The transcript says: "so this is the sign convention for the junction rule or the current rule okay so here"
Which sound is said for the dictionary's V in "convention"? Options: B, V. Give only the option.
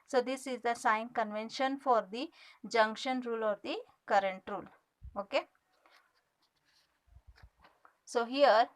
V